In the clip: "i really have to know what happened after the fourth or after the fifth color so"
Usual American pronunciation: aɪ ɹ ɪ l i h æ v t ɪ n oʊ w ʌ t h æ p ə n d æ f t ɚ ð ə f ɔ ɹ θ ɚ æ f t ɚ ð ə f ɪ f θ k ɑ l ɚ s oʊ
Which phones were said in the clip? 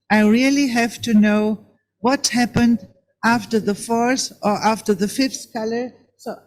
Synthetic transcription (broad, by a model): aɪ ɹ ɪ l i h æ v t ɪ n oʊ w ʌ t h æ p ə n d æ f t ɚ ð ə f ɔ ɹ s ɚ æ f t ɚ ð ə f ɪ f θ k ɑ l ɚ s oʊ